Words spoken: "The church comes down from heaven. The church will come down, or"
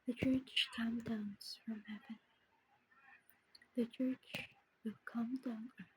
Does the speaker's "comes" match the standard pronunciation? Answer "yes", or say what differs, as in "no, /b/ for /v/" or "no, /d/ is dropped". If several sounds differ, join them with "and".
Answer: no, /z/ is dropped